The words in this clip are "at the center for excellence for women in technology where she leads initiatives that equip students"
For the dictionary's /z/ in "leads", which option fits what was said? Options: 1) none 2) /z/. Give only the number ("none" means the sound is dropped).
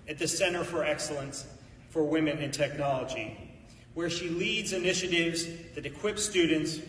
2